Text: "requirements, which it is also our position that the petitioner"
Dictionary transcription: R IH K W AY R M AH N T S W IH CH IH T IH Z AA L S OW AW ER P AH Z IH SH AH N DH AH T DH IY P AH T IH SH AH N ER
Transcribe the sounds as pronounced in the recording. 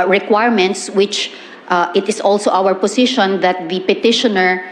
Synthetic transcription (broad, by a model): R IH K W AY R M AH N T S W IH CH IH T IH S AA L S OW AW ER P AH S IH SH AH N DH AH T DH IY P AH T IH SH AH N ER